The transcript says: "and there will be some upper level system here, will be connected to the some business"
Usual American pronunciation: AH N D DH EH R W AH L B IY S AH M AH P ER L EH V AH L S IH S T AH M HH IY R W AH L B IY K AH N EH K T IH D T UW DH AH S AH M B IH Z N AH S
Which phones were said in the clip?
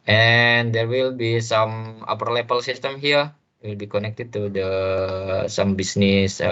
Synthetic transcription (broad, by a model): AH N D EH R W AH L B IY S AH M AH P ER L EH P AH L S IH S T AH M HH IY R W AH L B IY K AH N EH K T IH D T UW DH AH S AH M B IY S N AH S